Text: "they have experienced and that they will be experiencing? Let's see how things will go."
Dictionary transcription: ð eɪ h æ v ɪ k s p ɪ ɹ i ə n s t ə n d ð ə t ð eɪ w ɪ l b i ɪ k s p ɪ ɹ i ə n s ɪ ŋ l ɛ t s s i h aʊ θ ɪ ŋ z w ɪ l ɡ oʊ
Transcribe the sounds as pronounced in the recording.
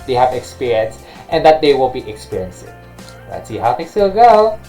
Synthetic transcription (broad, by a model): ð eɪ h æ v ɪ k s p ɪ ɹ i ə n s t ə n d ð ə t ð eɪ w ɪ l b i ɪ k s p ɪ ɹ i ə n s ɪ ŋ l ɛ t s s i h aʊ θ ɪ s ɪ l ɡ oʊ